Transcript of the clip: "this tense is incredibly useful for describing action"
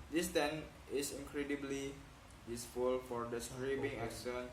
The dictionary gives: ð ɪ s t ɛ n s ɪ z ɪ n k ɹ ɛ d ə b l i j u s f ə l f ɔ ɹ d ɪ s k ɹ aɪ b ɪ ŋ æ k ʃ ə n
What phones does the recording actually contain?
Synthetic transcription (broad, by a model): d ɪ s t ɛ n ɪ s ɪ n k ɹ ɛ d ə b l i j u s f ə l f ɔ ɹ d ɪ s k ɹ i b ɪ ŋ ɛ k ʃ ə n